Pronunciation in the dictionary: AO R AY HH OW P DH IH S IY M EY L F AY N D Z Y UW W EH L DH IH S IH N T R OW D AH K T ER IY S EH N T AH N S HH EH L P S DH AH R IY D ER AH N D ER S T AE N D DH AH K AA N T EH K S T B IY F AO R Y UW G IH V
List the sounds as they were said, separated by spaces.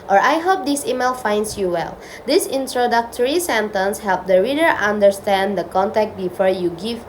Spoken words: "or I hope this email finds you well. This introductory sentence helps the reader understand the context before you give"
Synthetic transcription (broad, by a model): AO R AY HH OW P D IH S IY M EY L F AY N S Y UW W EH L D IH S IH N T R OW D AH K T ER IY S EH N T AH N S HH EH L P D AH R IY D ER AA N D ER S T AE N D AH K AA N T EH K T B IY F AO R Y UW G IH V